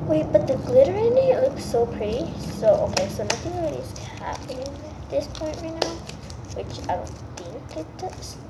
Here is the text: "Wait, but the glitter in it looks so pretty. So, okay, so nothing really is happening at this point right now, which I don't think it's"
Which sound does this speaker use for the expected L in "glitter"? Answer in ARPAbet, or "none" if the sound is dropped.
L